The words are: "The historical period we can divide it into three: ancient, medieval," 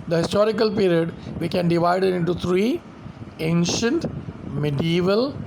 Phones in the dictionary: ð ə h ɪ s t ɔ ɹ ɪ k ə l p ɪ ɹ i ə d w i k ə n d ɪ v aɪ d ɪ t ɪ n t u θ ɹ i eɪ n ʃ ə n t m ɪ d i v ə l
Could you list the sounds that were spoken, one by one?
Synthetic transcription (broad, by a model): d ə h ɪ s t ɔ ɹ ɪ k ə l p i ɹ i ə d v i k ə n d ɪ v aɪ d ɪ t ɪ n t u t ɹ i eɪ n ʃ ə n t m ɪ d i v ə l